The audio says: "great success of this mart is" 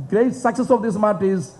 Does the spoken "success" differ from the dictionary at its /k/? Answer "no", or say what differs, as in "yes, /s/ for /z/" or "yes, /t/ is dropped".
no